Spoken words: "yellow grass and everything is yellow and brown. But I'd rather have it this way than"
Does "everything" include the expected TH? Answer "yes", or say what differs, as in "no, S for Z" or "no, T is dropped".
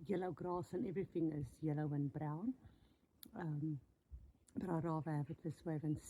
yes